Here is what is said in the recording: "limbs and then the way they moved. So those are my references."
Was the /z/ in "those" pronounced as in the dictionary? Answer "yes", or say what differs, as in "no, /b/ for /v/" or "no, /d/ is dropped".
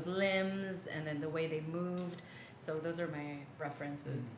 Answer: yes